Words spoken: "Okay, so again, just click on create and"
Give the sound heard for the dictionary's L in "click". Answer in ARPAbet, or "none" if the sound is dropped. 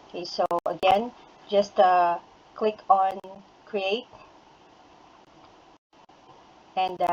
L